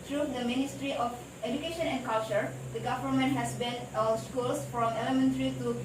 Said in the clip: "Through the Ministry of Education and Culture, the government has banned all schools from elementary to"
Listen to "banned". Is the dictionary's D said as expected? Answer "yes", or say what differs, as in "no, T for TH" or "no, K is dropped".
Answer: no, D is dropped